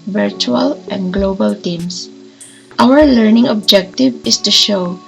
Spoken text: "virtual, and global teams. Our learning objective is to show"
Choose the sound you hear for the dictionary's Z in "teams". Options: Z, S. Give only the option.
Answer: S